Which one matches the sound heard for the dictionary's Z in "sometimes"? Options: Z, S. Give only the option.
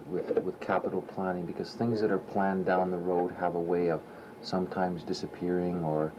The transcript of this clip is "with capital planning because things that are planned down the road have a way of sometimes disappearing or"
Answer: Z